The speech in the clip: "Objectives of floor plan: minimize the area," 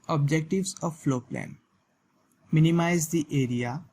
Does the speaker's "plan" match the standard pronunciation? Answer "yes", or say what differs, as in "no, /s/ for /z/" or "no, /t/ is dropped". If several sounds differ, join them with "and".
yes